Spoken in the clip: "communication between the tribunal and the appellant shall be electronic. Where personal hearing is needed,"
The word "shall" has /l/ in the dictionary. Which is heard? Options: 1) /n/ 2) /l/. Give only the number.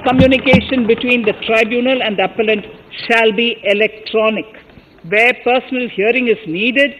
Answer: 2